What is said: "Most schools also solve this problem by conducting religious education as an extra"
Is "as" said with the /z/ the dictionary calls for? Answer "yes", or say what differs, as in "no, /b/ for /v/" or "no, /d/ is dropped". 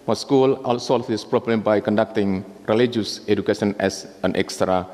no, /s/ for /z/